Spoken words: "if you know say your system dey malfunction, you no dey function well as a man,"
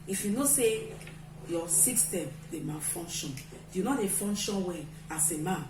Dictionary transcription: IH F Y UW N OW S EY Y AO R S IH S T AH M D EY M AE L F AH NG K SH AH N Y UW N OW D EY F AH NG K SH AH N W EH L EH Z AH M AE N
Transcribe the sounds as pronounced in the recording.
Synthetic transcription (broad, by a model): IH F Y UW N OW S EY Y AO S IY S T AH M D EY M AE F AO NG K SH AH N Y UW N OW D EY F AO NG K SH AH N W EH N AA S AH M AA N